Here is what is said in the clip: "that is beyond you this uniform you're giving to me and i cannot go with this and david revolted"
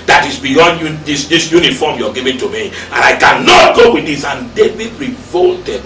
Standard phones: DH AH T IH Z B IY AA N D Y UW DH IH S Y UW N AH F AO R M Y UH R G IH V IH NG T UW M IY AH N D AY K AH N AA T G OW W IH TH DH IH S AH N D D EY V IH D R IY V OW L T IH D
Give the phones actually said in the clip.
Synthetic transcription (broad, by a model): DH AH T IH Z B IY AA N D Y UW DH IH S Y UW N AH F AO M Y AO G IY V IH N T UW M IY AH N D AY K AH N AA T G OW W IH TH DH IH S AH N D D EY B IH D R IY V OW L T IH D